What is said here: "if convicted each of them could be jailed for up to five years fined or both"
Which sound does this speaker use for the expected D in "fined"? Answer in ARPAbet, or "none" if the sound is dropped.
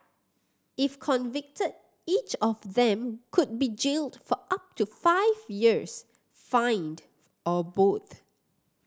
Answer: D